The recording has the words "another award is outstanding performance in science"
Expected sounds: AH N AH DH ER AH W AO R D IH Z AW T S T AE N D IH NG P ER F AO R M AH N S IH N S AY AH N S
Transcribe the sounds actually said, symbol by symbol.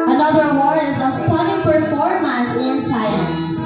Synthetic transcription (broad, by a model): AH N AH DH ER AH W AO R D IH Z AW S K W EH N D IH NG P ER F AO R M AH S IH N S AY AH N S